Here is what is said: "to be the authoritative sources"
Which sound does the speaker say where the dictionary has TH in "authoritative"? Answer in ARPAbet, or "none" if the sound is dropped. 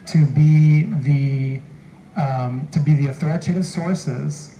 TH